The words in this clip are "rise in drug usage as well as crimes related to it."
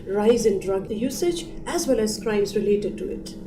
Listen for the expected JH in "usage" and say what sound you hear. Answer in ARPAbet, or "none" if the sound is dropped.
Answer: JH